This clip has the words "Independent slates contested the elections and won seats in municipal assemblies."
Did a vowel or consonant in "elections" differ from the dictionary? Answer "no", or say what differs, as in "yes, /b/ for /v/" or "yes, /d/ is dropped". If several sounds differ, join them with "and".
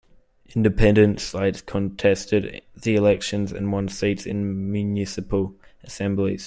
no